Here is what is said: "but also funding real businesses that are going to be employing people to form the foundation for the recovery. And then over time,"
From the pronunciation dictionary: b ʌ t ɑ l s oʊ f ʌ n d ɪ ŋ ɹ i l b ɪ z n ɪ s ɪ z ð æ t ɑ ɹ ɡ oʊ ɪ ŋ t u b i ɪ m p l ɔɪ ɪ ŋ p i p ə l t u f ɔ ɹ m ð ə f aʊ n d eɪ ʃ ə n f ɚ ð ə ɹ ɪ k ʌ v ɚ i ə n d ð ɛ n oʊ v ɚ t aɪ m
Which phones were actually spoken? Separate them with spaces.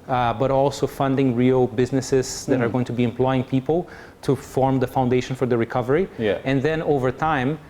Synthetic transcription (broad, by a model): b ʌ t ɑ l s oʊ f ʌ n d ɪ ŋ ɹ i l b ɪ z n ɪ s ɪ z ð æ t ɑ ɹ ɡ oʊ ɪ ŋ t u b i ɪ m p l ɔɪ ɪ ŋ p i p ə l t u f ɔ ɹ m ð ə f aʊ n d eɪ ʃ ə n f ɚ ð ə ɹ ɪ k ʌ v ɚ i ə n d ð ɛ n oʊ v ɚ t aɪ m